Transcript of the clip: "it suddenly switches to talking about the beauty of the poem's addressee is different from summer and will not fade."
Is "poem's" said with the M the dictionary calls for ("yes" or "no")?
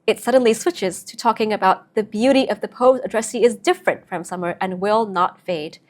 no